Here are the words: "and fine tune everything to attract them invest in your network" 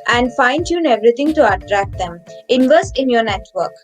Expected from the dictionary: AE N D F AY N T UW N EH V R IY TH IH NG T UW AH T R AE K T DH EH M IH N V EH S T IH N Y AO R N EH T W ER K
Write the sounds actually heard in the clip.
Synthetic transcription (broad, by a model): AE N D F AY N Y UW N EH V R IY T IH NG T UW AH T R AE K T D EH M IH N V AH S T IH N Y AO R N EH T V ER K